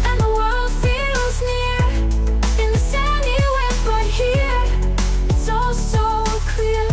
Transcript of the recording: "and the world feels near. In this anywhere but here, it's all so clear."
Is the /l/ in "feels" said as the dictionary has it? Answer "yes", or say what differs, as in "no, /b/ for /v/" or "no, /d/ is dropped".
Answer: yes